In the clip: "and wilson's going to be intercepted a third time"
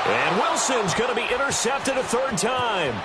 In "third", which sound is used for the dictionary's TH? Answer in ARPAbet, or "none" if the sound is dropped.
TH